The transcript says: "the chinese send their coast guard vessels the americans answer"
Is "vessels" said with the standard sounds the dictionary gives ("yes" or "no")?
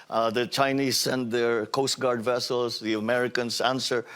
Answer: no